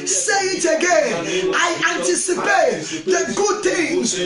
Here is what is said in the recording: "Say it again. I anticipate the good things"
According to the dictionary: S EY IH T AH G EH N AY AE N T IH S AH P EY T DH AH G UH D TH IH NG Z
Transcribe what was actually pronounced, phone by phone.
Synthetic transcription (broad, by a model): S EY IH T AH G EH N AY AE N T IH S AH P EY T DH AH G UH D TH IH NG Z